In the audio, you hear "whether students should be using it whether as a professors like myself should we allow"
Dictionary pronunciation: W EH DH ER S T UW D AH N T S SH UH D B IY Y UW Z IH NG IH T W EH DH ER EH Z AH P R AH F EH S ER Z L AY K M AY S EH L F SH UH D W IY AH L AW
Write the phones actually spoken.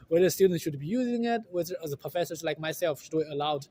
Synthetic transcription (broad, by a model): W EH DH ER S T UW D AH N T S SH UH D B IY Y UW Z IH NG IH T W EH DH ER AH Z AH P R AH F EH S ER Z L AY K M AY S EH L F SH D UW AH L AW